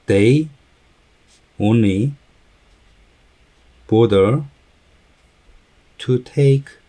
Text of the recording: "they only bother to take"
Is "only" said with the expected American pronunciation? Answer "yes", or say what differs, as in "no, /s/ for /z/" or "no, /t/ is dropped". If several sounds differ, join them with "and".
no, /l/ is dropped